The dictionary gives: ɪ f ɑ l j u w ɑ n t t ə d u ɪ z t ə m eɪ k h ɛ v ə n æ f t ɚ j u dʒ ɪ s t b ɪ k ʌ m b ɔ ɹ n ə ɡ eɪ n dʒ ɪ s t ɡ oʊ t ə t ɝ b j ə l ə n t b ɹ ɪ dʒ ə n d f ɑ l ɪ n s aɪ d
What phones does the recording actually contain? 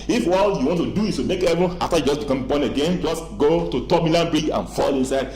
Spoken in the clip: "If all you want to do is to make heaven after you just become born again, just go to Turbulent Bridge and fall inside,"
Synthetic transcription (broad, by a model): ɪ f ɑ l j u w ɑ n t t ə d u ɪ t t ə m eɪ k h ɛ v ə ɑ f t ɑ j u dʒ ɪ s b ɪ k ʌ m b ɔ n ə ɡ eɪ n dʒ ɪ s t ɡ oʊ t ə t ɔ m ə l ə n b ɹ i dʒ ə n f ɑ l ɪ n s aɪ d